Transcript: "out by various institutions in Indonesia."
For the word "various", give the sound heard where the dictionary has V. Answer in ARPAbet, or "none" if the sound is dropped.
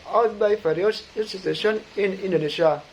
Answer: F